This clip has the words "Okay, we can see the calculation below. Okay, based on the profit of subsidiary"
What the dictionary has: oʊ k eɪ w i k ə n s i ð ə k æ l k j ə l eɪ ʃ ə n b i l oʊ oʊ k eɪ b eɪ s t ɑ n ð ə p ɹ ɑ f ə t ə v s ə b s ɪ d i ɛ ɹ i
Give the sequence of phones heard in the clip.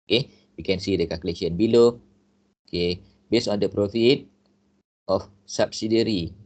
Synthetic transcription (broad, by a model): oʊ k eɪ w i k ə n s i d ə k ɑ k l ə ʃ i ə n b i l oʊ oʊ k eɪ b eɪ s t ɑ n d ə p ɹ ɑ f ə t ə f s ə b s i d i ɹ i